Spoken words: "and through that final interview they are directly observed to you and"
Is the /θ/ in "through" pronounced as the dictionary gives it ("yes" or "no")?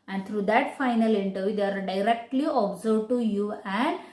no